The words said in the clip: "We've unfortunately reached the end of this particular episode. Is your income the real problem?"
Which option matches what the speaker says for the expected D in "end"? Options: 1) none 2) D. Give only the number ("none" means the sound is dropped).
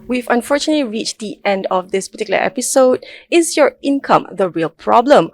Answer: 2